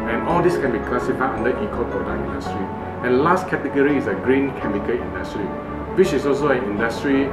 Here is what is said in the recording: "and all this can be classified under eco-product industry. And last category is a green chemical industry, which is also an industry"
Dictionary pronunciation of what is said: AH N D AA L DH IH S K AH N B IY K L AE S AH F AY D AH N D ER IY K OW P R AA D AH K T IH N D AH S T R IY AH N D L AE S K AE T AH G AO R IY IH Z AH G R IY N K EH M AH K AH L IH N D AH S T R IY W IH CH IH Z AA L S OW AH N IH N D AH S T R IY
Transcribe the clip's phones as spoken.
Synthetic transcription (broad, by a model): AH N AA L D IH S K AH N B IY K L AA S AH F AY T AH N D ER IY K OW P R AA D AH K IH N D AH S T R IY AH N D L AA S K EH T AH G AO R IY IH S AH G R IY N K EH M AH K AH L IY N D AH S T R IY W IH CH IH S AA L S OW AH N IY N D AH S T R IY